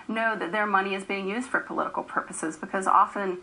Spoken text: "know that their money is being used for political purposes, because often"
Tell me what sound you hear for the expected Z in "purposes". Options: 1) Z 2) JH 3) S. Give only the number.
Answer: 1